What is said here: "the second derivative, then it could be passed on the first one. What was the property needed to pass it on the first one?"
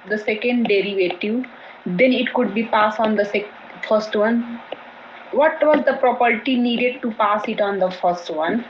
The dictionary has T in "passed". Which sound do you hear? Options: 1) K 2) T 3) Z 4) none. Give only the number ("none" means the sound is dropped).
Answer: 4